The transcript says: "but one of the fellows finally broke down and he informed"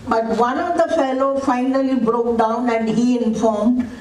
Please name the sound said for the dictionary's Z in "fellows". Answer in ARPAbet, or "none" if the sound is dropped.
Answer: none